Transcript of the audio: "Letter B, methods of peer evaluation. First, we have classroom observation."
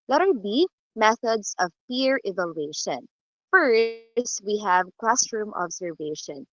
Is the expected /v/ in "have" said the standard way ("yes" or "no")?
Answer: yes